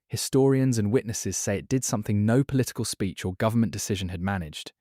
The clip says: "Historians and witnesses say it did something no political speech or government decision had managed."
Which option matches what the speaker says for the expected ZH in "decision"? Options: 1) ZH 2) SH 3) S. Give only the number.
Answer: 1